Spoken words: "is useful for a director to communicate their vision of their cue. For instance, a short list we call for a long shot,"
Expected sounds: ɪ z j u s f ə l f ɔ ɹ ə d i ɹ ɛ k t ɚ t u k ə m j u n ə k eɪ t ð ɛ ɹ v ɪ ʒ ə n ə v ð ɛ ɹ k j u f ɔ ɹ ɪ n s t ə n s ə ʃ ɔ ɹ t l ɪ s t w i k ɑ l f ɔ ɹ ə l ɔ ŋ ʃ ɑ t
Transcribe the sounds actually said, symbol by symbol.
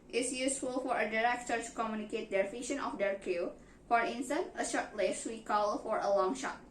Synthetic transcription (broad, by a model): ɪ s j u s f ə l f ɔ ɹ ə d i ɹ ɛ k t ɚ t u k ə m j u n ə k eɪ t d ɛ ɹ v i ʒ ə n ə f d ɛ ɹ k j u f ɔ ɹ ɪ n s t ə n ə ʃ ɔ ɹ t l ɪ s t w i k ɑ l f ɔ ɹ ə l ɔ ŋ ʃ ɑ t